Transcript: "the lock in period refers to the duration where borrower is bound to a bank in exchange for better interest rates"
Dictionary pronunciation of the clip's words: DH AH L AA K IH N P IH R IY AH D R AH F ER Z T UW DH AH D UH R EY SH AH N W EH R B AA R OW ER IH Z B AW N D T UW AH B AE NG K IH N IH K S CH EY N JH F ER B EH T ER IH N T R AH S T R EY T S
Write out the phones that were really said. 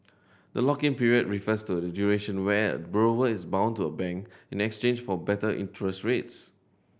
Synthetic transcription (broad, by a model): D AH L AA K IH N P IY R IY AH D R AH F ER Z T UW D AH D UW R EY SH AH N W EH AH B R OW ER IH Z B AW N T UW AH B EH NG K IH N IH K S CH EY N JH F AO B EH T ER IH N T R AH S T R EY T S